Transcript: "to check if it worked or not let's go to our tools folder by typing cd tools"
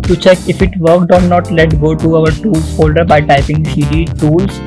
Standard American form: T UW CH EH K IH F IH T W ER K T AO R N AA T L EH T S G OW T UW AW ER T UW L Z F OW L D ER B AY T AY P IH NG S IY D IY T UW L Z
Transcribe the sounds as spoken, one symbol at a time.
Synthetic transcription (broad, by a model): T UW CH EH K IH F IH T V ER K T AO R N AA T L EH T G OW T UW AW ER T UW L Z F OW L D ER B AY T AY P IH NG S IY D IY T UW L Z